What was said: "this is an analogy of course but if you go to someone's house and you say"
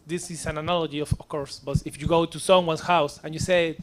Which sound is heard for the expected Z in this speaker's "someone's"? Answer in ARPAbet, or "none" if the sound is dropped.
S